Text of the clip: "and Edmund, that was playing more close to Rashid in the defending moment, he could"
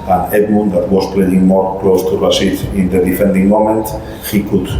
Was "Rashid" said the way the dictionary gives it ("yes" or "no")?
no